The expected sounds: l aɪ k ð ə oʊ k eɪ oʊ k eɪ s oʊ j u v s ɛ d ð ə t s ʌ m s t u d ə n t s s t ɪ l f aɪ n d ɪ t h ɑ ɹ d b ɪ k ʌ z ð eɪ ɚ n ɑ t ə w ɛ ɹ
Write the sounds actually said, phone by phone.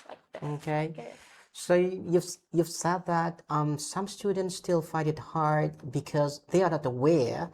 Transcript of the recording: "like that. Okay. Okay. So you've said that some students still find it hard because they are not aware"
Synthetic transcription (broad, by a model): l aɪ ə oʊ k eɪ oʊ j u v j u v s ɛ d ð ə t s ʌ m s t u d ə n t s s t ɪ l f aɪ d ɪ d h ɑ ɹ d b ɪ k ʌ z ð eɪ ɚ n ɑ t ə w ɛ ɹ